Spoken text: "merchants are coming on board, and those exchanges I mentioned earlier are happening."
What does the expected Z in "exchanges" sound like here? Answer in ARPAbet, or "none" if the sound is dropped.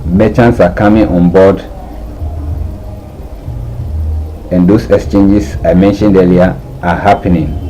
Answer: S